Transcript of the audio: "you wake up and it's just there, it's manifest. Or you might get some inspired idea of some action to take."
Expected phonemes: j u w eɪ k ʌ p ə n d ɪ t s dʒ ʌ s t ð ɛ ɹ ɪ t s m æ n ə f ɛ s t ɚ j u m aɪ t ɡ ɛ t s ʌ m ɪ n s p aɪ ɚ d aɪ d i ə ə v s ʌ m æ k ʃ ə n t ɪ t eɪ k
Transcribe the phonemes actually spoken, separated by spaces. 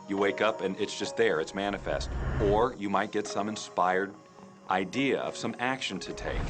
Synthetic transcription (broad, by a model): j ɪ w eɪ k ʌ p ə n ɪ t s dʒ ʌ s t ð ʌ ɹ ɪ t s m æ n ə f ɛ s t ɚ j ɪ m aɪ t ɡ ɛ t s ʌ m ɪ n s p aɪ ɚ d aɪ d i ə ə v s ʌ m æ k ʃ ə n t ɪ t eɪ k